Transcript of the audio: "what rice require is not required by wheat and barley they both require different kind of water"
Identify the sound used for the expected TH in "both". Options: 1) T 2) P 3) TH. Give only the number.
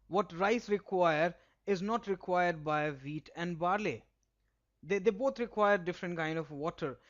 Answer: 1